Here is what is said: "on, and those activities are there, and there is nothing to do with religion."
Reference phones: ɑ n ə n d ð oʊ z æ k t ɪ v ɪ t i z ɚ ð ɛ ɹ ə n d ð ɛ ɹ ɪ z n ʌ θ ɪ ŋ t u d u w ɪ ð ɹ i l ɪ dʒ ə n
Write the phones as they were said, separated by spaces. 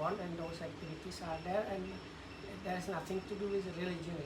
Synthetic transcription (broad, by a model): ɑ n ə n d oʊ s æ k t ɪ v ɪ t i s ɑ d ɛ ɹ ə n d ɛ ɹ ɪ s n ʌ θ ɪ ŋ t u d u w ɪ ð ɹ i l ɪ dʒ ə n